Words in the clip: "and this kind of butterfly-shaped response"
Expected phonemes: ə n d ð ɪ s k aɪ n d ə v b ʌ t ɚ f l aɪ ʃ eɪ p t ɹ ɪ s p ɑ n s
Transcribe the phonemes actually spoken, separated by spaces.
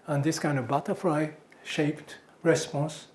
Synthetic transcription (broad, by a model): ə n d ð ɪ s k aɪ n d ə v b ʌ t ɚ f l aɪ ʃ eɪ p t ɹ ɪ s p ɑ n s